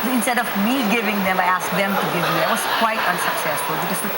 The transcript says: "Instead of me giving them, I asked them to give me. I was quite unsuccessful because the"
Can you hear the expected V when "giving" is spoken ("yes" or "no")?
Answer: yes